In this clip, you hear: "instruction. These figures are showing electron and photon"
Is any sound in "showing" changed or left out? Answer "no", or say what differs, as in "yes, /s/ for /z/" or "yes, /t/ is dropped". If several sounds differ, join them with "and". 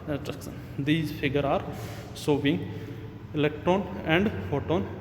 yes, /s/ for /ʃ/